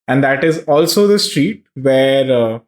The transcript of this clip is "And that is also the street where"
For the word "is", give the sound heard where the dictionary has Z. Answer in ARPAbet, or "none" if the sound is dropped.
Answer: Z